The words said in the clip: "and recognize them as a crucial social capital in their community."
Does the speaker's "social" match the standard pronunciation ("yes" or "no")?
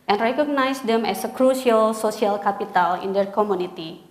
no